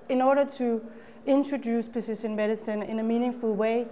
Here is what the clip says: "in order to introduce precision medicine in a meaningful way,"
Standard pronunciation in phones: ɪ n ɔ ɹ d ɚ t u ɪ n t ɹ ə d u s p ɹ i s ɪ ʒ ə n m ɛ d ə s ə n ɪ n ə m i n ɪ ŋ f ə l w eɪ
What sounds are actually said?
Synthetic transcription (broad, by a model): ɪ n ɔ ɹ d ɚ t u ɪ n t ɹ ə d u s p i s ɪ ʃ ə n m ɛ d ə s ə n ɪ n ə m i n ɪ ŋ f ə l w eɪ